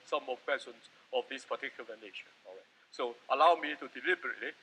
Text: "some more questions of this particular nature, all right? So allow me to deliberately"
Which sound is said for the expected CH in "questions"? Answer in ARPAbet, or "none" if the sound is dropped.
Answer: none